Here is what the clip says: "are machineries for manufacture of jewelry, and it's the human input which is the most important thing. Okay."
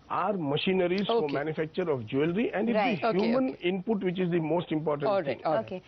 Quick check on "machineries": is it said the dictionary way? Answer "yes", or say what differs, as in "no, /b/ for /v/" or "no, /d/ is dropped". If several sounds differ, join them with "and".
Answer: yes